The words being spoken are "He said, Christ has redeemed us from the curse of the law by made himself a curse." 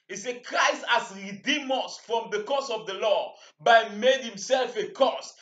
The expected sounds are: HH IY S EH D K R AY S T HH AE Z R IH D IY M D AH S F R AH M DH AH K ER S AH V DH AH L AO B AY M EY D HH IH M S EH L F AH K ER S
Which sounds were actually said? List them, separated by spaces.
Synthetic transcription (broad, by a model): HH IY S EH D K R AY S T HH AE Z R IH D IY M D AH S F R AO M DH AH K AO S AH V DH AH L AO B AY M EY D HH IH M S EH L F AH K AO S